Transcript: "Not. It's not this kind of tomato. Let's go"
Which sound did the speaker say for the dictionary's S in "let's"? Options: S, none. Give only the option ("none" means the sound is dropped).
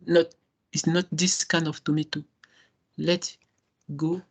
none